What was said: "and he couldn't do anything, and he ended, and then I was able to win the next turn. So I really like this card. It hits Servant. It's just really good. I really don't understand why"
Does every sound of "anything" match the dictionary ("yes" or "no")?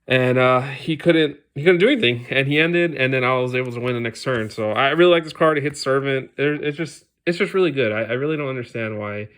yes